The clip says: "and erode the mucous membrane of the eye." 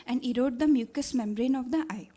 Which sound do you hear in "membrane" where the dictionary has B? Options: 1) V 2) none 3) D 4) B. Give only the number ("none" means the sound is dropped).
4